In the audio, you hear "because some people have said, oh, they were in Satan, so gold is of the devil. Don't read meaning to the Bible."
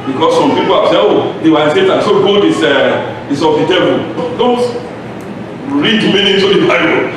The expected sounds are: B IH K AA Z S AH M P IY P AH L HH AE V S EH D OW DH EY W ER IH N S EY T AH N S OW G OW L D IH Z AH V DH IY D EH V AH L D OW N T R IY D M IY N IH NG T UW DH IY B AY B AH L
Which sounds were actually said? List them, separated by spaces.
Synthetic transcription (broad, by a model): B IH K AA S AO M P IY P AH L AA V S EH OW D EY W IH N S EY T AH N S OW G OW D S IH S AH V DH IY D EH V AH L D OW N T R IY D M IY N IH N T UW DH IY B AY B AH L